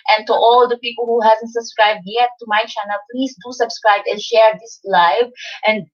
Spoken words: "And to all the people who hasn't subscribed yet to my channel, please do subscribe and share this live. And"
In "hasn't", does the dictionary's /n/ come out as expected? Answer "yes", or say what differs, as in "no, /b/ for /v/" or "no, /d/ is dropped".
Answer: yes